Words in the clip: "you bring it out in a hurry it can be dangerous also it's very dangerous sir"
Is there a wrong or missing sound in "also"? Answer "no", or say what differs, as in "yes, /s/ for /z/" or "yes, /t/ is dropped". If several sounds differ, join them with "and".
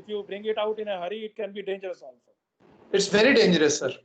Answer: yes, /n/ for /l/